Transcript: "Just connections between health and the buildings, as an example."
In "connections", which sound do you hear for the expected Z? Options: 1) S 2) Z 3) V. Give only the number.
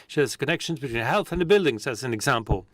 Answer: 2